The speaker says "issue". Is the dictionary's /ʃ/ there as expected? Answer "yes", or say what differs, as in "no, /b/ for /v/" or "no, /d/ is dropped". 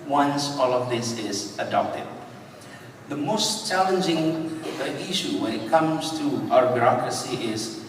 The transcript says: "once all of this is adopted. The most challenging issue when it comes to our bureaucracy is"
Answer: yes